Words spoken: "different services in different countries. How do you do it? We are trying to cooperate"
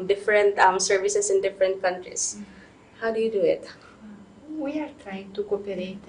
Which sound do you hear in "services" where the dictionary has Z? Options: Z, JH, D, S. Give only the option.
S